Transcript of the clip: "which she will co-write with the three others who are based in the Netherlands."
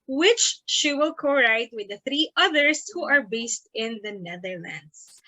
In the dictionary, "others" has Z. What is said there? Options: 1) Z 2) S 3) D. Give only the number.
2